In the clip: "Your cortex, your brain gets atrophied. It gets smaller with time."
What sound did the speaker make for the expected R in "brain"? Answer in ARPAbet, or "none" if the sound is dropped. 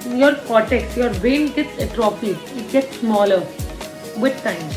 none